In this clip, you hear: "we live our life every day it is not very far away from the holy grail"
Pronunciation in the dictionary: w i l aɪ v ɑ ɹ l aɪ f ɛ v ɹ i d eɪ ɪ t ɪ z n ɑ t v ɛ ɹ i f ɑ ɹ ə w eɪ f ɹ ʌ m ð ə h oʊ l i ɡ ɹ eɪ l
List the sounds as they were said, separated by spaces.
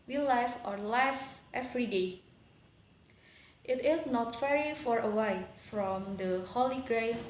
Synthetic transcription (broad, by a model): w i l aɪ f ɑ ɹ l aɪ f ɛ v ɹ i d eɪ ɪ t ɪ s n ɑ t f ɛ ɹ i f ɑ ɹ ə w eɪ f ɹ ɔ m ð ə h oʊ l i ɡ ɹ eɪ